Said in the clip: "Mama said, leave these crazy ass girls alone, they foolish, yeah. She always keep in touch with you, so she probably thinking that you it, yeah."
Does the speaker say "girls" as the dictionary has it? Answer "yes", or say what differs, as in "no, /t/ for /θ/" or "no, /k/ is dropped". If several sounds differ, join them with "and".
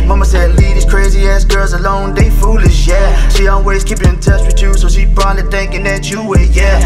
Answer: yes